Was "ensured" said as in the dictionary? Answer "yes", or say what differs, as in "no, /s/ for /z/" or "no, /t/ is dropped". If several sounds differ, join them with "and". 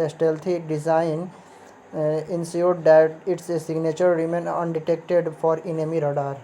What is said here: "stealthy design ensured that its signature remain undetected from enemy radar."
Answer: no, /s/ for /ʃ/